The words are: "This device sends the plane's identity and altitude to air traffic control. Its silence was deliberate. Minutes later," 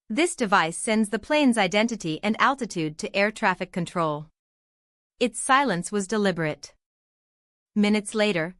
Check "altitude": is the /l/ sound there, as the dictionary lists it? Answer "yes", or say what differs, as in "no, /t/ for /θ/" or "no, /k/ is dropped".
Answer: yes